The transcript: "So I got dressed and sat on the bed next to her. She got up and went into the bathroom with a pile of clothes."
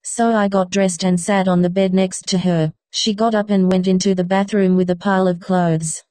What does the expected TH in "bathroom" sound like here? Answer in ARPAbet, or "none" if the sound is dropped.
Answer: TH